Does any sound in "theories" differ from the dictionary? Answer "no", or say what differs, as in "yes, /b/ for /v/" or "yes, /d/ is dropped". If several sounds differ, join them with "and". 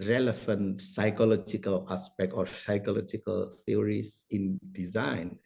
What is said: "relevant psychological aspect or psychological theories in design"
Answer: yes, /t/ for /θ/